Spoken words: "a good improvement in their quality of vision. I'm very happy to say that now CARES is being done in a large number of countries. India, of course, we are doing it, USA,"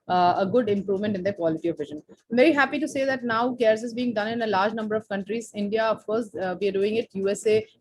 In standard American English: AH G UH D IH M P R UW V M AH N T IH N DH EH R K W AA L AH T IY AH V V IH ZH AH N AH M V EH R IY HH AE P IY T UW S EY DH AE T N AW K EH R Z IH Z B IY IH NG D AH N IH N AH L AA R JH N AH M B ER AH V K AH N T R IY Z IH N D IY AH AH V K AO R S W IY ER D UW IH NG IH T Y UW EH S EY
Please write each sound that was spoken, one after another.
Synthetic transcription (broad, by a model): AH G UH D IH M P R UW V M AH N T IH N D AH K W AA L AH T IY AH V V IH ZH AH N AH M V EH R IY HH AE P IY T UW S EY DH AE T N AW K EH R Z IH Z B IY IH NG D AH N IH N AH L AA R JH N AH M B ER AH V K AH N T R IY Z IH N D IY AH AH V K AO R S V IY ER D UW IH NG IH T Y UW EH S EY